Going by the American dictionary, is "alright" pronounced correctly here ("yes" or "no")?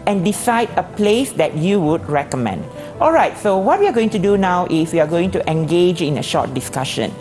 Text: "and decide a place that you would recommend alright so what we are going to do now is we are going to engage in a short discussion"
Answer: yes